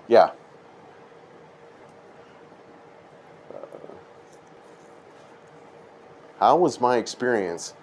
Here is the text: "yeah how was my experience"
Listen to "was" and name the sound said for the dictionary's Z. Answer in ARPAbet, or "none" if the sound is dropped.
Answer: Z